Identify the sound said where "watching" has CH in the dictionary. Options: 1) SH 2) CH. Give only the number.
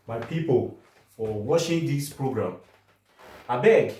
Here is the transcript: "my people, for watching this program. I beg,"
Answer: 1